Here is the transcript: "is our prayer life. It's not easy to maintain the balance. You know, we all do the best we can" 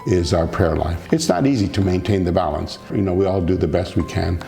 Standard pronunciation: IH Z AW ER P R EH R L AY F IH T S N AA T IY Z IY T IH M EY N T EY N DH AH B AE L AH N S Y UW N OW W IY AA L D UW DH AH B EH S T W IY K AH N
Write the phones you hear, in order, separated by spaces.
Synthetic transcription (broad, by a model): IH Z AW ER P R EH R L AY F IH T S N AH T IY Z IY T IH M EY N T EY N DH AH B AE L AH N S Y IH N OW W IY AA L D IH DH AH B EH S T W IY K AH N